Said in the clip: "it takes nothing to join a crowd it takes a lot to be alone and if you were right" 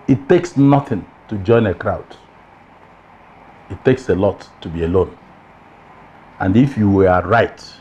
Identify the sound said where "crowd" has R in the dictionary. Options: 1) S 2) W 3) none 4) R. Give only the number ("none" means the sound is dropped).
4